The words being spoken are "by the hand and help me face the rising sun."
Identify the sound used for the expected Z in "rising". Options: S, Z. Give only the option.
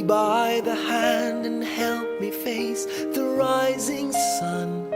Z